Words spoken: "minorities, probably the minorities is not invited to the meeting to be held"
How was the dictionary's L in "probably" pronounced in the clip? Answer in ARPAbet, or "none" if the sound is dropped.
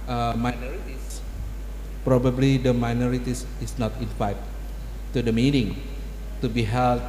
L